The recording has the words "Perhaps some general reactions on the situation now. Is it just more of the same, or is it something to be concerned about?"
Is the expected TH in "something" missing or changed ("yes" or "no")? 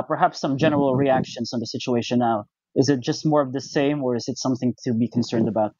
no